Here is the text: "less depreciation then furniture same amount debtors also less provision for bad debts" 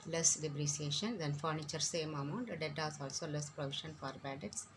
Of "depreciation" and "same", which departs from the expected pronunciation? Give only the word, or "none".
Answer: depreciation